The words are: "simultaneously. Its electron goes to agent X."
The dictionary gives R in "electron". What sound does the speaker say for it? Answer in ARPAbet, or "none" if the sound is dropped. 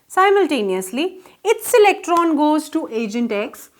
R